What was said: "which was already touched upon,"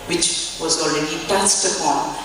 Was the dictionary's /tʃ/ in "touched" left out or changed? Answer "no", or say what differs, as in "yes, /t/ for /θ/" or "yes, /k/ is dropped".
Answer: yes, /s/ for /tʃ/